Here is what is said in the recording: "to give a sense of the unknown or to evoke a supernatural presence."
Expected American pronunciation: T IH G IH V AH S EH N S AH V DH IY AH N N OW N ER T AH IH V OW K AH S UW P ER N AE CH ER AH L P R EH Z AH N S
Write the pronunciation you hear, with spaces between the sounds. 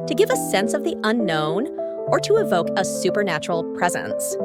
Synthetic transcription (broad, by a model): T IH G IH V AH S EH N S AH V DH IY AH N N OW N ER T AH IH V OW K AH S UW P ER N AE CH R L P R EH Z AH N S